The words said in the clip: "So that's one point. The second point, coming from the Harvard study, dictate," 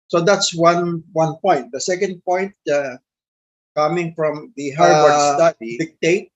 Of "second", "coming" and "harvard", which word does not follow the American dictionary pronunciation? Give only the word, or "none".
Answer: harvard